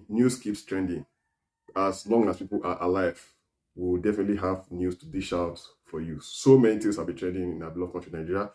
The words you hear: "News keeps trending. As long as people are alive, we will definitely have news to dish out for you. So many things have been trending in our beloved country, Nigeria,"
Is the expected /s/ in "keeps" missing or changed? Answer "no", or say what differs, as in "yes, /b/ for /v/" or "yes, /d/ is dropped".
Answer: no